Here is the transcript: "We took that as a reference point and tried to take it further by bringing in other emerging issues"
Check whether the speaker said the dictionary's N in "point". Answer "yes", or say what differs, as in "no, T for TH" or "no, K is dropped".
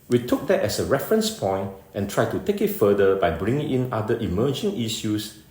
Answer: yes